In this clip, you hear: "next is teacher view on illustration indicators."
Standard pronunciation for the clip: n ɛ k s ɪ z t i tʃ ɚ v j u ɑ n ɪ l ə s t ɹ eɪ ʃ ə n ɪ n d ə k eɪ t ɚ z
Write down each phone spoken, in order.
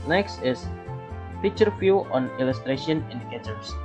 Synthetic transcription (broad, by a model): n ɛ k s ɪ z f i tʃ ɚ f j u ɑ n ɪ l ə s t ɹ eɪ ʃ ə n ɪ n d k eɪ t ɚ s